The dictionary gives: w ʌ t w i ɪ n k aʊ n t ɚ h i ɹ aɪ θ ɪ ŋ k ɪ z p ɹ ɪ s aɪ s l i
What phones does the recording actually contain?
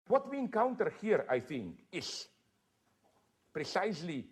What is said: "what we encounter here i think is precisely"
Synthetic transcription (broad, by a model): w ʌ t w i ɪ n k aʊ n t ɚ h i ɹ aɪ θ ɪ ŋ k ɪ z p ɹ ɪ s aɪ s l i